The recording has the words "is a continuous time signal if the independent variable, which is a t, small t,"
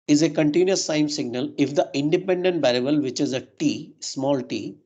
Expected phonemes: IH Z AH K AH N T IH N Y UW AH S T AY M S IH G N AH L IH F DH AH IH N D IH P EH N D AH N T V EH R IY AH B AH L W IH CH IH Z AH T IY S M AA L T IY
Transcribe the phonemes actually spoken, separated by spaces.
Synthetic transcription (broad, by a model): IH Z AH K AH N T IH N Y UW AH S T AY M S IH G N AH L IH F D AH IH N D IH P EH N D AH N T B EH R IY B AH L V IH CH IH Z AH T IY S M AA L T IY